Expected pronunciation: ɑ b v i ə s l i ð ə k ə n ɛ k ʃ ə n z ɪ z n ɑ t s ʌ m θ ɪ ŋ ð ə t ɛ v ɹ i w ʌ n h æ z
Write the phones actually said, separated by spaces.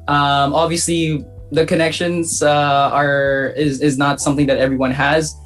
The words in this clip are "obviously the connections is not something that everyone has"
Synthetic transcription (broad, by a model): ɑ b v i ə s l i ð ə k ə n ɛ k ʃ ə n z ɪ z n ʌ t s ʌ m θ ɪ ŋ ð ə t ɛ v ɹ i w ʌ n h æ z